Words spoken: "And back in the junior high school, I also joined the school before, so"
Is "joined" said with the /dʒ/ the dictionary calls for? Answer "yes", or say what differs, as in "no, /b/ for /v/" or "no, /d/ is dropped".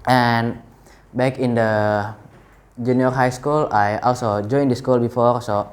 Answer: yes